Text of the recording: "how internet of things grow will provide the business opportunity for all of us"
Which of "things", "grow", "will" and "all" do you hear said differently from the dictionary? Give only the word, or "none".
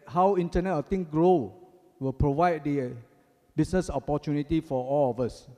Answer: things